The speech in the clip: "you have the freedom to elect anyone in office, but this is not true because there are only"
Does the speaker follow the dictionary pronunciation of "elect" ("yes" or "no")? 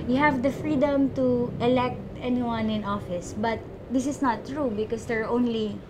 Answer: yes